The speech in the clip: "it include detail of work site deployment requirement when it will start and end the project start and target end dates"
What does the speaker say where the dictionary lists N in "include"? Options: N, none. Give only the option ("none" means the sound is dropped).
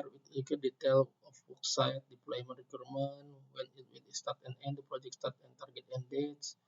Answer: none